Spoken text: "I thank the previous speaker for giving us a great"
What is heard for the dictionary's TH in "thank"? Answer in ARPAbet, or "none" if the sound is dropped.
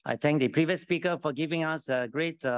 T